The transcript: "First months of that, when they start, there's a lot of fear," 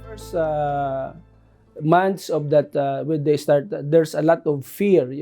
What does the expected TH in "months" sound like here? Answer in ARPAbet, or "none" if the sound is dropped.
T